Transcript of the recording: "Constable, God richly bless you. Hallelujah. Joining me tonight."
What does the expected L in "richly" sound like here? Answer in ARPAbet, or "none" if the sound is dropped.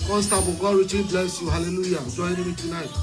none